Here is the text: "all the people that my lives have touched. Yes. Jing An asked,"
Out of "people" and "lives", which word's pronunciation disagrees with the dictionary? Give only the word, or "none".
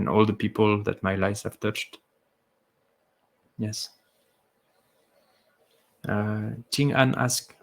lives